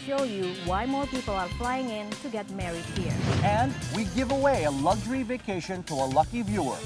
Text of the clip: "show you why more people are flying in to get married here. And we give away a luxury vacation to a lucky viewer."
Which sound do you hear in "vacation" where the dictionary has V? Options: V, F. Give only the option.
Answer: V